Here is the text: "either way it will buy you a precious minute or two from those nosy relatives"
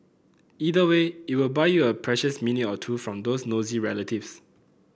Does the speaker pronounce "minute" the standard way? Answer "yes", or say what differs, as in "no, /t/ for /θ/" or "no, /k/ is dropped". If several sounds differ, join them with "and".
no, /t/ is dropped